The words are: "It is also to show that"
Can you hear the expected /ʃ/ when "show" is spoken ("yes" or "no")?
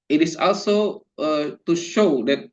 yes